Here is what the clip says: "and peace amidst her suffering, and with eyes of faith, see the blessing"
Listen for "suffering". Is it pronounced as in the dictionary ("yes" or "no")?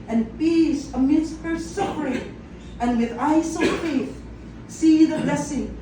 no